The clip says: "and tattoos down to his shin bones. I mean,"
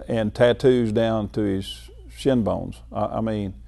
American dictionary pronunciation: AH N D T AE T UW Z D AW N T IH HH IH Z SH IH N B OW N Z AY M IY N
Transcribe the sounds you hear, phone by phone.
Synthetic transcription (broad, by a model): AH N T AE T UW Z D AW N T IH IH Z SH IH N B OW N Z AY M IY N